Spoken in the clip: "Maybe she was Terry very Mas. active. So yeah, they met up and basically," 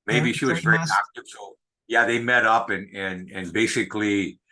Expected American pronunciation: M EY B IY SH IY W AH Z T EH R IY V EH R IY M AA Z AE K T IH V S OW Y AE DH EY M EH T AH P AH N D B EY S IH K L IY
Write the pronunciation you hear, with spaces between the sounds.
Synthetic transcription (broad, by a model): M EY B IY SH IY W AH Z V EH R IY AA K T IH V S OW Y AE DH EY M EH T AH P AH N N B EY S IH K L IY